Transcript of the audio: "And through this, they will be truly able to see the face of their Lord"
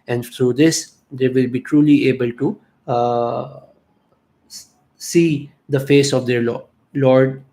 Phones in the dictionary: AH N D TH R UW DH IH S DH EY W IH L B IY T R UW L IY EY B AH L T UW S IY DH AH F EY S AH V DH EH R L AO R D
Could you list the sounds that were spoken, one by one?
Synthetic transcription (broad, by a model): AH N D T R UW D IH S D EY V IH L B IY T R UW L IY EY B AH L T UW S IY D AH F EY S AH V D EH R L AO R D